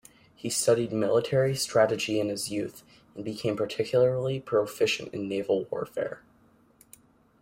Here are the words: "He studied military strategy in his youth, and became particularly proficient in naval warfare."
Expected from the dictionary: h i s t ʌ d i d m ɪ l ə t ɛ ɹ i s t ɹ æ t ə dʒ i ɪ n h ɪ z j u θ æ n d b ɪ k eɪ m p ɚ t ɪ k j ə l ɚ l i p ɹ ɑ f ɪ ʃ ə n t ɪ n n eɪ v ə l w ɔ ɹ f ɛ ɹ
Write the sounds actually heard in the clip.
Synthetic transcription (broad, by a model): h i s t ʌ d i d m ɪ l ə t ɛ ɹ i s t ɹ æ t ə dʒ i ɪ n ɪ z j u θ n b ɪ k eɪ m p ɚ t ɪ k j ə ɚ l i p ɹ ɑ f ɪ ʃ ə n t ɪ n n eɪ v l w ɔ ɹ f ɛ ɹ